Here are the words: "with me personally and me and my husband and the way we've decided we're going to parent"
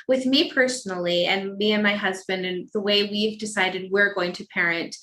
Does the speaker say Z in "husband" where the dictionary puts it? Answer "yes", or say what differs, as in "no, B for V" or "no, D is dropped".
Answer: yes